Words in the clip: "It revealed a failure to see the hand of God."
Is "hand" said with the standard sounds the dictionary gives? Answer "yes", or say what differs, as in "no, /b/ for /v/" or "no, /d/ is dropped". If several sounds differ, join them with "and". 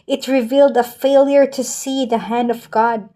yes